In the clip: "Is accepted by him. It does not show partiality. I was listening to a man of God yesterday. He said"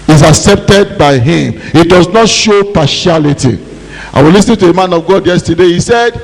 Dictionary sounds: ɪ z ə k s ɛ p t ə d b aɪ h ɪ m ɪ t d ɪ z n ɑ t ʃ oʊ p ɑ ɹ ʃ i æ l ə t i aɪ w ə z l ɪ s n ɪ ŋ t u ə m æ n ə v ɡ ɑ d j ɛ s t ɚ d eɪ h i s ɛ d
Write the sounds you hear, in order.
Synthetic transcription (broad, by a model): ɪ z ə k s ɛ p t ə d b aɪ h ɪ m ɪ t d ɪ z n ɑ t ʃ oʊ p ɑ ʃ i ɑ l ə t i aɪ w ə l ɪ s n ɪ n t u ə m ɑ n ə v ɡ ɑ d j ɛ s t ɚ d eɪ h i s ɛ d